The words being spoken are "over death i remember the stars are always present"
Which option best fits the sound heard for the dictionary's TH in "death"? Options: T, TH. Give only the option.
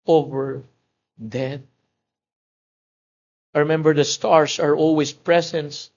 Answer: T